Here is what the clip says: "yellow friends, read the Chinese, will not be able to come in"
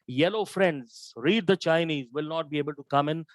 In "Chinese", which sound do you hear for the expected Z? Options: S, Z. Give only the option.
Z